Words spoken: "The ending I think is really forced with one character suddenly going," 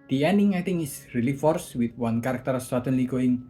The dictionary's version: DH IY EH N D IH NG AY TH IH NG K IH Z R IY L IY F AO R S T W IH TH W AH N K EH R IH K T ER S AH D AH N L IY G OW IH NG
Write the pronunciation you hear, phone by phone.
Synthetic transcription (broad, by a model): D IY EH N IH NG AY T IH NG IH S R IY L IY F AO R S W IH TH W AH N K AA R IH K T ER S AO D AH N L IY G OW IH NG